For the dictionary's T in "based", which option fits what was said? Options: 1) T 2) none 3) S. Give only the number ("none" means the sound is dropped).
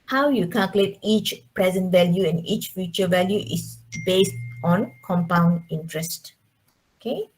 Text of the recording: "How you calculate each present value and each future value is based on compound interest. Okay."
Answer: 1